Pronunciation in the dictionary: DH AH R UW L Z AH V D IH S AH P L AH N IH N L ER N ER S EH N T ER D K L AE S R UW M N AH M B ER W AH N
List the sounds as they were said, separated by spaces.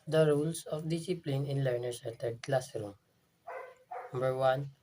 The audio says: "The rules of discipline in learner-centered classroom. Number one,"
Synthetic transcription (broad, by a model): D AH R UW L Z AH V D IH S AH P L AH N IH N L ER N ER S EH T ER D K L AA S R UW M N AH M B ER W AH N